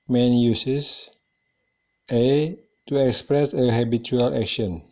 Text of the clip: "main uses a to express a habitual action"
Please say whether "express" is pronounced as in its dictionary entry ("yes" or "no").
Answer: yes